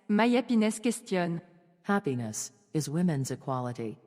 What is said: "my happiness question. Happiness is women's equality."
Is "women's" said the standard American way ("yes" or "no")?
yes